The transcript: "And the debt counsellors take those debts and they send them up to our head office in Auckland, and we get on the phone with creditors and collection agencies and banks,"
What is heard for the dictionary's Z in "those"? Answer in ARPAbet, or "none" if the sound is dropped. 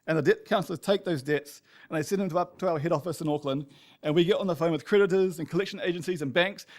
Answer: Z